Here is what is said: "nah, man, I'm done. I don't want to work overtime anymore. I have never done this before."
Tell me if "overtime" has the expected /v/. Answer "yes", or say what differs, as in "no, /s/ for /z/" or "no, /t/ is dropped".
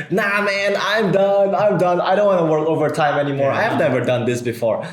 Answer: yes